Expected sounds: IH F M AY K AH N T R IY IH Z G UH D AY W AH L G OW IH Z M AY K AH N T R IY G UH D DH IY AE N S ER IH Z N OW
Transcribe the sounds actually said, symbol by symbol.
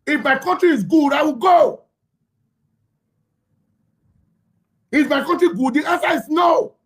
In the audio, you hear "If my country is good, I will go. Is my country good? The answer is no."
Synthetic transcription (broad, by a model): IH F M AY K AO N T R IY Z G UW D AY W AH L G OW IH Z M AY K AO N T R IY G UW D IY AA S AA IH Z N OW